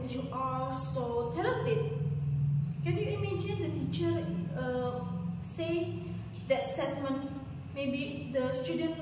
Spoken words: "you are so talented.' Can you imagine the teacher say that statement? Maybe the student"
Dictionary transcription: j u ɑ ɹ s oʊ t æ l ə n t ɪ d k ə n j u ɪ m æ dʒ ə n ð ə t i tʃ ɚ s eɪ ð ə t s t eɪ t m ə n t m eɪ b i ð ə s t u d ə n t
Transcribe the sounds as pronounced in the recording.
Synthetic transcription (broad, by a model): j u ɑ ɹ s oʊ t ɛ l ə t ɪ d k ə n j u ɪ m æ dʒ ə n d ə t i tʃ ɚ s eɪ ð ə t s t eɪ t m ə n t m eɪ b i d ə s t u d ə n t